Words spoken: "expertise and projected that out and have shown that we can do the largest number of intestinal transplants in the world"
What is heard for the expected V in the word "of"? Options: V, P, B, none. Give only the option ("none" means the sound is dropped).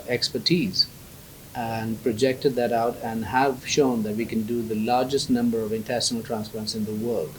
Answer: V